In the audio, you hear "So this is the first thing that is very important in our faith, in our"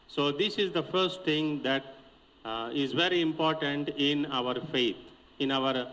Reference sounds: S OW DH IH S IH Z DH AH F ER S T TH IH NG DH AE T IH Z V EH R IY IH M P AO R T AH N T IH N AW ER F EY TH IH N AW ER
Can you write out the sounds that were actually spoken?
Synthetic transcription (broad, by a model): S OW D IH S IH Z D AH F ER S T T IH NG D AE T IH Z V EH R IY IH M P AO R T AH N T IH N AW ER F EY T IH N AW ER